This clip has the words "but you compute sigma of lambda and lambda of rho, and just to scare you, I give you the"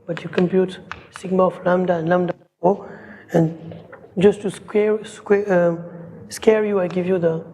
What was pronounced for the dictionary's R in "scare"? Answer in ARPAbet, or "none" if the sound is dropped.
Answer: R